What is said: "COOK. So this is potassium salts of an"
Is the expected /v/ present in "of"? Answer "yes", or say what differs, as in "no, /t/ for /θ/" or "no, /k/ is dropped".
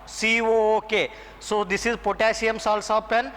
no, /p/ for /v/